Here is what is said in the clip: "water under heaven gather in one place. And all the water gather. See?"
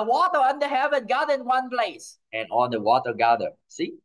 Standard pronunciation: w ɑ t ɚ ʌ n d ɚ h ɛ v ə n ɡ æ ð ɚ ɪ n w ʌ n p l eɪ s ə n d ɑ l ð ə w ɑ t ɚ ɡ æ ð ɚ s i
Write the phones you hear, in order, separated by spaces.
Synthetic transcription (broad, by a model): w ɑ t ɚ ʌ n d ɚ h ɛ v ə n ɡ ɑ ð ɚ ɪ n w ʌ n p l eɪ s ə n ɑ n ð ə w ɑ t ɚ ɡ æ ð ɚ s i